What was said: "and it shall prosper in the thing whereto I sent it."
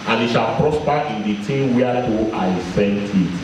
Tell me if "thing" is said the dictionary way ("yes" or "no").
no